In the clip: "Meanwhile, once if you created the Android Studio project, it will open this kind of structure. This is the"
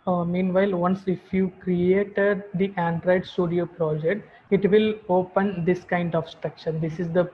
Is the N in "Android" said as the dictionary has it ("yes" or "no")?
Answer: yes